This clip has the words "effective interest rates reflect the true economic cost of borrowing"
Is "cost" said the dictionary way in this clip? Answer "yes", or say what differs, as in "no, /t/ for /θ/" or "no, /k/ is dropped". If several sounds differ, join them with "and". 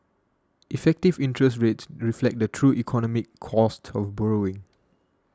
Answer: yes